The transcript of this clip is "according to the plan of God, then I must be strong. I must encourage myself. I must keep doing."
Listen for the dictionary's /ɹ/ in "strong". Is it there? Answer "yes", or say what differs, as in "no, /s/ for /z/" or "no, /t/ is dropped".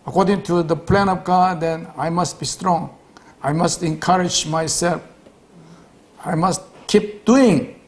yes